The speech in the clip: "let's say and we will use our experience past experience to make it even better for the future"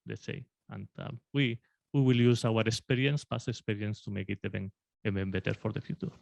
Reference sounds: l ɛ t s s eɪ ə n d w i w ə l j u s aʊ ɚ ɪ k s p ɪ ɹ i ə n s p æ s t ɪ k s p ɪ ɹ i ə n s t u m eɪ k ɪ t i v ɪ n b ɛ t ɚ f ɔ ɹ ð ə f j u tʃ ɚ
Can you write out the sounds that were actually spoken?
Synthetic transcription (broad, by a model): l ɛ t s s eɪ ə n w w i w ə l j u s aʊ ɚ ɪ k s p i ɹ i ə n s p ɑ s ɪ k s p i ɹ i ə n s t u m eɪ k ɪ t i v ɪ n b ɛ t ɚ f ɔ ɹ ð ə f j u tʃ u